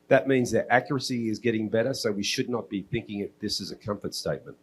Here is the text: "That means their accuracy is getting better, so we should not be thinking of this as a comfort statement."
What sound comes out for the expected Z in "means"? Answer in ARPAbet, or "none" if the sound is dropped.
Z